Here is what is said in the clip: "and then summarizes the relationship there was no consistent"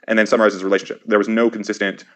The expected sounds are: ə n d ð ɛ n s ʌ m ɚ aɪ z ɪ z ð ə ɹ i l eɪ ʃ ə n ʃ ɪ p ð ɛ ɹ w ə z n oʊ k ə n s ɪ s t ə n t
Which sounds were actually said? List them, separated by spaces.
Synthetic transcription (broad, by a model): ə n ð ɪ n s ʌ m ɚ aɪ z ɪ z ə ɹ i l eɪ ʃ n ʃ ɪ p ð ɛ ɹ w ə z n oʊ k n s ɪ s t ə n t